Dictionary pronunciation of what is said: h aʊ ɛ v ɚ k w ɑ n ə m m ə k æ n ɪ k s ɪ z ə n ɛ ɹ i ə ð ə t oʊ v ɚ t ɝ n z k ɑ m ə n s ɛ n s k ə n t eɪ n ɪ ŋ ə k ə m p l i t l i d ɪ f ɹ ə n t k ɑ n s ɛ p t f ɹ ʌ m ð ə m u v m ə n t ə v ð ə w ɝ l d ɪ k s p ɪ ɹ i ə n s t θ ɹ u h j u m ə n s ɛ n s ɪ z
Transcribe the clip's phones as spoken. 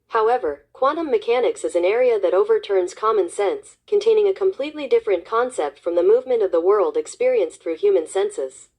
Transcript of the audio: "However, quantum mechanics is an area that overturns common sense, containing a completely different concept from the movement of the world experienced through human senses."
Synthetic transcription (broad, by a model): h aʊ ɛ v ɚ k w ɑ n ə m m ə k æ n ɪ k s ɪ z ə n ɛ ɹ i ə ð ə t oʊ v ɚ t ɝ n z k ɑ m ə n s ɛ n s k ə n t eɪ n ɪ ŋ ə k ə m p l i t l i d ɪ f ɹ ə n k ɑ n s ɛ p t f ɹ ʌ m ð ə m u v m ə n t ə v ð ə w ɝ l d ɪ k s p ɪ ɹ i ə n s θ ɹ u h j u m ə n s ɛ n s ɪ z